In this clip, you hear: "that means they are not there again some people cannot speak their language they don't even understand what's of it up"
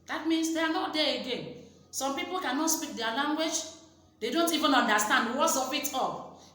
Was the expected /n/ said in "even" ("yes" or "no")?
yes